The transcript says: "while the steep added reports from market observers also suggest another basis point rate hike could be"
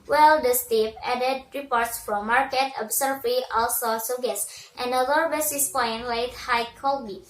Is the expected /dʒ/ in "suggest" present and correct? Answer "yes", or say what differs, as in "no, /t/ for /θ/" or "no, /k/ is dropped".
no, /dʒ/ is dropped